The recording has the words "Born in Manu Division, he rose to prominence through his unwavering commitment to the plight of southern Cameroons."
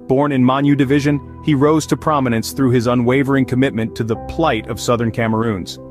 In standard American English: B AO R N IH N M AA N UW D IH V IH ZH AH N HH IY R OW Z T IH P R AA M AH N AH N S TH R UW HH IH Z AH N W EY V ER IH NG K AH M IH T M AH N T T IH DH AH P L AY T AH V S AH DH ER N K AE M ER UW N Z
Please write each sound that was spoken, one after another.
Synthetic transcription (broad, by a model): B AO R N IH N M AA N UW D IH V IH ZH AH N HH IY R OW Z T IH P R AA M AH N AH N S TH R UW IH Z AH N W EY V ER IH NG K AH M IH T M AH N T T IH DH AH P L AY T AH V S AH DH ER N K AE M ER UW N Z